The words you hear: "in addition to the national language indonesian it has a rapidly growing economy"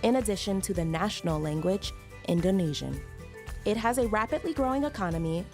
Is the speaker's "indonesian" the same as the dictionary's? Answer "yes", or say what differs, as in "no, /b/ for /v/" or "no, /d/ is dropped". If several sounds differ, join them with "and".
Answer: yes